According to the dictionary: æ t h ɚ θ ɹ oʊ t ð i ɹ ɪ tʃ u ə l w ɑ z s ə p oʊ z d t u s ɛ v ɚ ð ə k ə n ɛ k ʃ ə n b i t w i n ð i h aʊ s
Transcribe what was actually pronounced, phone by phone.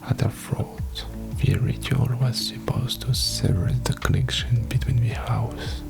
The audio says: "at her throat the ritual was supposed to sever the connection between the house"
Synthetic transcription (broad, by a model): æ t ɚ f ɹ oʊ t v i ɹ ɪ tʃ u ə l w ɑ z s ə p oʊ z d t u s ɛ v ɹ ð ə k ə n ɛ k ʃ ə n b i t w i n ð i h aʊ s